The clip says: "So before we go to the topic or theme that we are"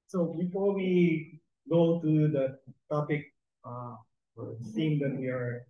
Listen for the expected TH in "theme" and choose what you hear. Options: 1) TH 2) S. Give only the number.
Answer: 2